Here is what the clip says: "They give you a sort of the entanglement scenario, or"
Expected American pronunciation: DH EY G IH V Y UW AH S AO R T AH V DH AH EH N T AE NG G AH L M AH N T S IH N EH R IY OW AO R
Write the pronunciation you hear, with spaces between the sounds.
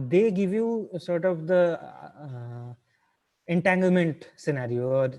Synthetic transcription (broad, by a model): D EY G IH V Y UW S AO R T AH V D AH EH N T AE NG G AH L M AH N T S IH N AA R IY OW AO R